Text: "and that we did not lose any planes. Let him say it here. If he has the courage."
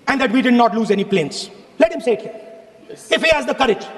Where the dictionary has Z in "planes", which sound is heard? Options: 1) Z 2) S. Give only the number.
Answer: 2